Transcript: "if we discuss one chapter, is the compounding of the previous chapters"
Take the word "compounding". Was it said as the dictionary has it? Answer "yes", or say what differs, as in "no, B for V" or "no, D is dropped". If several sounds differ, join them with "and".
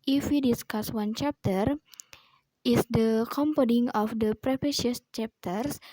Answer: no, N is dropped